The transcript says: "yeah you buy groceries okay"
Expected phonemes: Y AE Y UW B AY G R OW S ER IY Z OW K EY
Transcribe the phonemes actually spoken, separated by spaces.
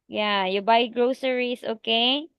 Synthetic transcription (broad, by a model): Y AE Y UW B AY G R OW S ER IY S OW K EY